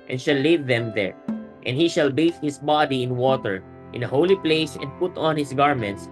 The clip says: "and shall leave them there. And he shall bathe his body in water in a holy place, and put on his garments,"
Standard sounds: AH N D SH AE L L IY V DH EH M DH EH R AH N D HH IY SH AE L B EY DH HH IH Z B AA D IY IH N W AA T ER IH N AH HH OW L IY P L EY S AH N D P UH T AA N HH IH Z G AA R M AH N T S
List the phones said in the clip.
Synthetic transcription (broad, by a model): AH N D SH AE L L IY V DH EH M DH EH R AH N D HH IY SH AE L B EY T HH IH S B AA D IY IH N W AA T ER IH N AH HH OW L IY P L EY S AH N D P UH T AA N HH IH S G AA R M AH N T S